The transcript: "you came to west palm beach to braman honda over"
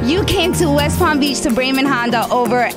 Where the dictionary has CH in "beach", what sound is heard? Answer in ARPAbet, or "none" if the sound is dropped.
CH